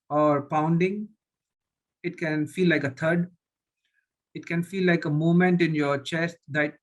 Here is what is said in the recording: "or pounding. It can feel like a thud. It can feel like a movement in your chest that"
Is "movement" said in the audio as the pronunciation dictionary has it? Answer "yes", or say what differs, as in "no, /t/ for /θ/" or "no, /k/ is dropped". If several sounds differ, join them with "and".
no, /v/ is dropped